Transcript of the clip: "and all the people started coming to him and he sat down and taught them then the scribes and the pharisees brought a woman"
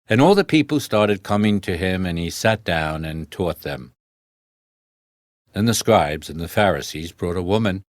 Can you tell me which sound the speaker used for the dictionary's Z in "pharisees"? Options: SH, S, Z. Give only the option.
Z